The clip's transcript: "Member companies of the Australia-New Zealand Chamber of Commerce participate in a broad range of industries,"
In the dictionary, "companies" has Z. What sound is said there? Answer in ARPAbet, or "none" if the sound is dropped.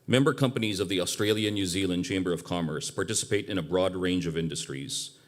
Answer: Z